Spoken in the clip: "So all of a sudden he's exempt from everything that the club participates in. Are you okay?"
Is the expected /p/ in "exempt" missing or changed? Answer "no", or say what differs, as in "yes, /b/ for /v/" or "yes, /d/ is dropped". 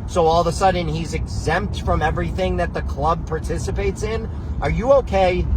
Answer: no